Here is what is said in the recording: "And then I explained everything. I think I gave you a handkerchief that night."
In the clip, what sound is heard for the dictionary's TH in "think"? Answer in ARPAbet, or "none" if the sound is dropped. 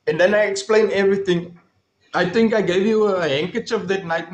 T